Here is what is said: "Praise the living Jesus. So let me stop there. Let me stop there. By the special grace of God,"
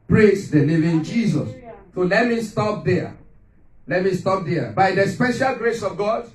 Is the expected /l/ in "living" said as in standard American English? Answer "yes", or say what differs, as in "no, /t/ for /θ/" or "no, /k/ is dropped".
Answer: no, /n/ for /l/